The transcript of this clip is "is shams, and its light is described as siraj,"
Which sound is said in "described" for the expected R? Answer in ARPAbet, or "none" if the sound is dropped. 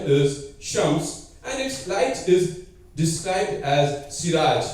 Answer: R